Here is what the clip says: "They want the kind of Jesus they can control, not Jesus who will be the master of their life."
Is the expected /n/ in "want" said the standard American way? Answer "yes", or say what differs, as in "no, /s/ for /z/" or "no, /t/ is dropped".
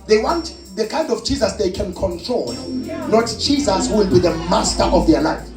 yes